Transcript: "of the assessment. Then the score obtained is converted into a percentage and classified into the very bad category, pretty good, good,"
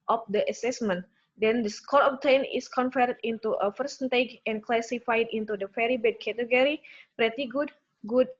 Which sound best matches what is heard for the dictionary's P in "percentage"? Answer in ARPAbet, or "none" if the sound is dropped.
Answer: F